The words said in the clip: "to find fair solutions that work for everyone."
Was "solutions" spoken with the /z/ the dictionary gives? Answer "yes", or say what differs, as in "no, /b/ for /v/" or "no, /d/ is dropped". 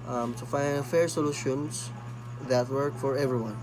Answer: no, /s/ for /z/